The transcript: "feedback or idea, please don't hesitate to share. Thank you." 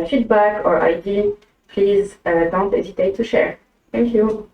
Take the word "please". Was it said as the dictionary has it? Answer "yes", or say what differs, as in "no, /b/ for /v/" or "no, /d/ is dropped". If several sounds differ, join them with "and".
yes